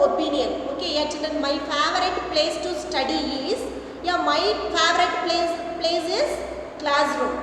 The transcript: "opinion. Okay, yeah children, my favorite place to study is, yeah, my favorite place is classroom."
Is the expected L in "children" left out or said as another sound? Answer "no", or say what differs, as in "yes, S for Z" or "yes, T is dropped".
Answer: yes, N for L